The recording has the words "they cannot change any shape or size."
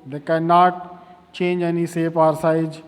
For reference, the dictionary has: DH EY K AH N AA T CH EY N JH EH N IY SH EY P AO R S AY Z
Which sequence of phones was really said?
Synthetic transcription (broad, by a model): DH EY K AH N AA T CH EY N JH EH N IY S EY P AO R S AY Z